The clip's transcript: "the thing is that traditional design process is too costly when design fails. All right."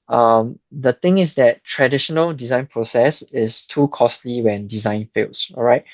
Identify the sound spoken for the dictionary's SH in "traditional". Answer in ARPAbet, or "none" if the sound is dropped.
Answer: SH